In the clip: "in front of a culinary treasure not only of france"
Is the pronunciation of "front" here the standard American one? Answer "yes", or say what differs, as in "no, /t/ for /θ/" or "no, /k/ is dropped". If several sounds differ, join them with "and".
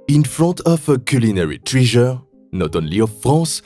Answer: no, /n/ is dropped